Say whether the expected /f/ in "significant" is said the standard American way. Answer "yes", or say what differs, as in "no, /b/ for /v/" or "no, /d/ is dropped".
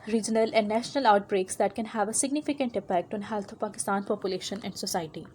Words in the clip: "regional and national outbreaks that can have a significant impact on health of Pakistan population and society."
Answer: yes